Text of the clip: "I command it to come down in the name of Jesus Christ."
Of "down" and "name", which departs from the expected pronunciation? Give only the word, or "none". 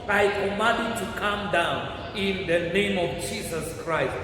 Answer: none